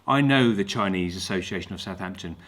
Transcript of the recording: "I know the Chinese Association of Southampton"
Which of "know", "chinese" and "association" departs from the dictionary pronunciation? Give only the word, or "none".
none